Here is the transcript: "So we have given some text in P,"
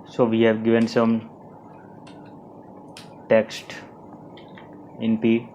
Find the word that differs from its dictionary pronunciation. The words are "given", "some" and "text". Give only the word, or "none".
none